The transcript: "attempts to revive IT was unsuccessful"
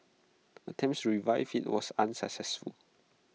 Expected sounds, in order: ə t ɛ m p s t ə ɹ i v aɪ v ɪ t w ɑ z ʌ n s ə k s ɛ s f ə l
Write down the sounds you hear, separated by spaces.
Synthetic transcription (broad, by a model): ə t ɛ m s ɹ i v aɪ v ɪ t w ɑ s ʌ n s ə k s ɛ s f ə l